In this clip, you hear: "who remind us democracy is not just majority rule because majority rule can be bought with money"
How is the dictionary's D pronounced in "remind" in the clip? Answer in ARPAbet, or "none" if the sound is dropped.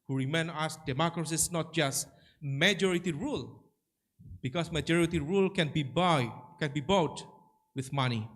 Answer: none